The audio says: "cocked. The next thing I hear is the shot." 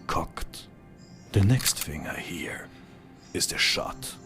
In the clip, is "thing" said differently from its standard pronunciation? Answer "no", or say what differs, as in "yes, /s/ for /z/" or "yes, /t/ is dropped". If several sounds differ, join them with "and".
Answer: yes, /f/ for /θ/